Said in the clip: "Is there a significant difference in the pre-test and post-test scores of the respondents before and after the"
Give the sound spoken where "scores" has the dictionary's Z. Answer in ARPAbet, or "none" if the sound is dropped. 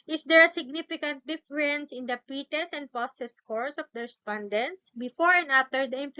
S